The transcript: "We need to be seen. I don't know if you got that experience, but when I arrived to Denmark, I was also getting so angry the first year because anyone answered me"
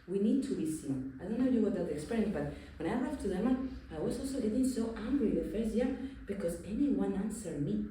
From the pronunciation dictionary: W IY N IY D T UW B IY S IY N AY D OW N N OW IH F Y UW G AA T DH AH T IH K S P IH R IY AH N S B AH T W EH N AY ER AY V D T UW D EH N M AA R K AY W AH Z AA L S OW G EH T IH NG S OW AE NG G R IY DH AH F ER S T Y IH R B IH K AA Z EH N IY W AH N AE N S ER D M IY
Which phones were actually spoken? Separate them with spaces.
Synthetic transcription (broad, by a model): W IY N IY D T UW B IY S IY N AY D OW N N OW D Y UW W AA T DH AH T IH K S P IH R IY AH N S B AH T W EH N AY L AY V T UW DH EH M AA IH W AH Z AA L S OW G EH T IH NG S OW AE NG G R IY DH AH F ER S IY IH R B IH K AA Z EH N IY W AH N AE N S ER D M IY